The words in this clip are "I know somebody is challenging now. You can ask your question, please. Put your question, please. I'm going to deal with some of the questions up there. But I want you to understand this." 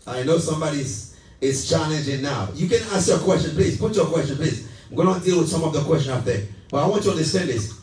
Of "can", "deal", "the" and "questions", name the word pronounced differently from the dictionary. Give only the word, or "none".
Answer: questions